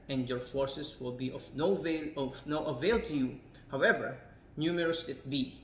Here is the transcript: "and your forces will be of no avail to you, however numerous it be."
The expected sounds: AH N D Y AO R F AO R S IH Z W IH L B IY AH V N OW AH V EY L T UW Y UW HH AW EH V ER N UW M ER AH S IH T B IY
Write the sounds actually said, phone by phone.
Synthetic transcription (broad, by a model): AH N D Y AO R F AO R S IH S W IH L B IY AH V N OW AH V EY L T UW Y UW HH AW EH V ER N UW M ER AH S IH T B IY